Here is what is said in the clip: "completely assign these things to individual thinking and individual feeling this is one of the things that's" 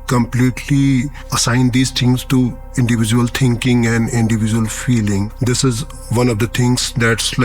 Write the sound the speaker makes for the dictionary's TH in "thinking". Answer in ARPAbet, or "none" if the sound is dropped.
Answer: T